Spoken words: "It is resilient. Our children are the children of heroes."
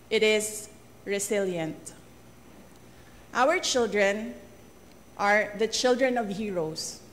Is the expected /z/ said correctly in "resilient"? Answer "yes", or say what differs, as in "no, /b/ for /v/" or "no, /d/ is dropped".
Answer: no, /s/ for /z/